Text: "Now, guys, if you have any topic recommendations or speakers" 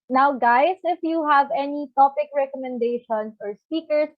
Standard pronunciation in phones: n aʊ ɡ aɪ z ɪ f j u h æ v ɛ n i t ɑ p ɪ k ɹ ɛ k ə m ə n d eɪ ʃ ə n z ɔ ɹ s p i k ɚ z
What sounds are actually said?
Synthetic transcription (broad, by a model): n aʊ ɡ aɪ s ɪ f j u h æ v ɛ n i t ɑ p ɪ k ɹ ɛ k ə m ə n d eɪ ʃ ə n s ɔ ɹ s p i k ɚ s